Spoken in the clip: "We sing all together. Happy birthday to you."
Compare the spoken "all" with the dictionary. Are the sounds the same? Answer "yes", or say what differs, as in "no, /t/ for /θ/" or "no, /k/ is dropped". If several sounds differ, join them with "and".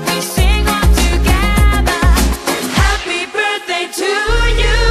no, /n/ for /l/